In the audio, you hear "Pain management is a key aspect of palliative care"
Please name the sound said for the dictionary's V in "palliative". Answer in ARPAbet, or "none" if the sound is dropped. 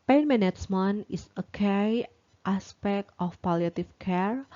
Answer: F